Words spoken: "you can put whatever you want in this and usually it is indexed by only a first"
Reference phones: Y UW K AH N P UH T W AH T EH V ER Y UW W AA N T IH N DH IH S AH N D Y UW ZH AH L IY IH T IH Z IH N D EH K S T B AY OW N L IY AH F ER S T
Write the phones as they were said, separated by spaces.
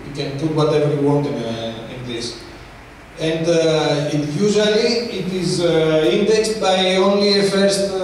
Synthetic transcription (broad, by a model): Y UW K AH N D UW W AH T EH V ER Y UW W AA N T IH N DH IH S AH N D Y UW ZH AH L IY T IH Z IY N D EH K S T B AY OW N L IY AH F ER S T